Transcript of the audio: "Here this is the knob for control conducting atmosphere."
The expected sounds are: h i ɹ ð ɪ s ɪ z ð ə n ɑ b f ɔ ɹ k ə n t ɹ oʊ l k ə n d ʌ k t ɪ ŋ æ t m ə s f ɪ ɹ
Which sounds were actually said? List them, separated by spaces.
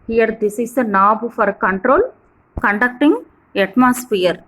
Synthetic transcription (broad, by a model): h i ɹ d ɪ s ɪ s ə n ɑ b f ɔ ɹ k ə n t ɹ oʊ l k ə n d ʌ k t ɪ ŋ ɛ t m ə s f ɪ ɹ